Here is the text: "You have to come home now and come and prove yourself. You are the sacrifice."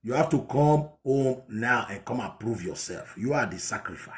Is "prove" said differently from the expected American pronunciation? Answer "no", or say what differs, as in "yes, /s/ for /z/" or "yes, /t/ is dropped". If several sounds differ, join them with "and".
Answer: no